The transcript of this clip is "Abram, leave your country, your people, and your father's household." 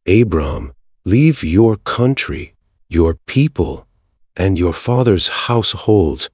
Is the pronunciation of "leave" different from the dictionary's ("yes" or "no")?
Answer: no